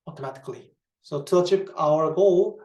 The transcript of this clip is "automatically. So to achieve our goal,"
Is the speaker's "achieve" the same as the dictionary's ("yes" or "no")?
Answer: no